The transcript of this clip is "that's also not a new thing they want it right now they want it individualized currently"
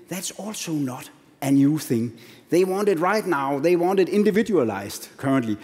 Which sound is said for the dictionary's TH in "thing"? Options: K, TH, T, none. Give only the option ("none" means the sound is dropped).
TH